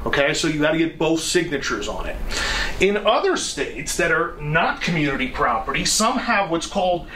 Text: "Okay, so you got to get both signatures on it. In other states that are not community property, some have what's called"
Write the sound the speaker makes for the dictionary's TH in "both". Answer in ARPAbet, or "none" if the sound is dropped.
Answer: TH